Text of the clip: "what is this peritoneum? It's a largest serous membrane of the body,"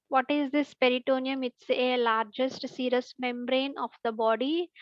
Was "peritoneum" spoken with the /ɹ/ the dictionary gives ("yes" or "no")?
yes